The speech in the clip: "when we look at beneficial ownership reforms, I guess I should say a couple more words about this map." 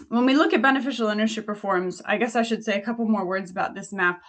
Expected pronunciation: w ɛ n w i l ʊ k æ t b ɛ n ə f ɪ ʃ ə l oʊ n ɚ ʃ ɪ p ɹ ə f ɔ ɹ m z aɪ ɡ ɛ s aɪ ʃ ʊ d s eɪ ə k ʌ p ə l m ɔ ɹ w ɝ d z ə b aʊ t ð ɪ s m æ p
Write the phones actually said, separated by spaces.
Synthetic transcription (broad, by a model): w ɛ n w i l ʊ k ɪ t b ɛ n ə f ɪ ʃ l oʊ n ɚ ʃ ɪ p ɹ f ɔ ɹ m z aɪ ɡ ɛ s aɪ ʃ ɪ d s eɪ ə k ʌ p l m ɔ ɹ w ɝ d z ə b aʊ t ð ɪ s m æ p